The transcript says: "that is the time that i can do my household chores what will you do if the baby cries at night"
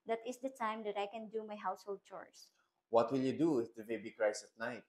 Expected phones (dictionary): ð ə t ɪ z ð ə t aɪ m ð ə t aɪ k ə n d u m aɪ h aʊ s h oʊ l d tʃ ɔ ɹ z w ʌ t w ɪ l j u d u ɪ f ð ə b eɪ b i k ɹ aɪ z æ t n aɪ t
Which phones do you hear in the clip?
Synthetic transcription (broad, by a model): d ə t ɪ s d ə t aɪ m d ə t aɪ k ə n d u m aɪ h aʊ s h oʊ l d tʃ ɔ ɹ s w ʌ t w ɪ l j u d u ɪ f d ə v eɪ b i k ɹ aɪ s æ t n aɪ t